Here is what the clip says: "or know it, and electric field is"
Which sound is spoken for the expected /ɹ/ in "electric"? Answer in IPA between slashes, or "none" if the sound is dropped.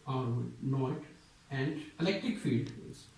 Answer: /ɹ/